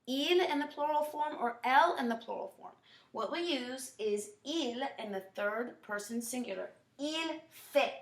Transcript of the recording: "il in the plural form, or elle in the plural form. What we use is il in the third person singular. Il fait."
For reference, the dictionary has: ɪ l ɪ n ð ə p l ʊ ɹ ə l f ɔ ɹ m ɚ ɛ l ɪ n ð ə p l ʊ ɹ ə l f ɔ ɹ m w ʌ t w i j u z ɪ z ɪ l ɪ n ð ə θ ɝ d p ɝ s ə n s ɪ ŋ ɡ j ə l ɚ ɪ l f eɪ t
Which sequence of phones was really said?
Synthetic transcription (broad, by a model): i l ɪ n ð ə p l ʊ ɹ l f ɔ ɹ m ɚ ɛ l ɪ n ð ə p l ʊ ɹ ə l f ɔ ɹ m w ʌ t w i j u z ɪ z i l ɪ n ð ə θ ɝ d p ɝ s ə n s ɪ ŋ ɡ j l ɚ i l f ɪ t